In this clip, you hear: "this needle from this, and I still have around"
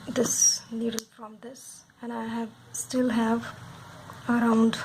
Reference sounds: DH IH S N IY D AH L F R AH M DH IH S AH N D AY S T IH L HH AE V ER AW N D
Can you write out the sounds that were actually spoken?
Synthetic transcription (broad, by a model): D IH S L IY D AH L F R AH M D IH S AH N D AY S T IH L HH AE V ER AW N D